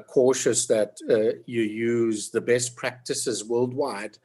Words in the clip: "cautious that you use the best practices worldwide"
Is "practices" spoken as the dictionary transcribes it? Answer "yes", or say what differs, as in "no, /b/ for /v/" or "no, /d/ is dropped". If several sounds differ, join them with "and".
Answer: yes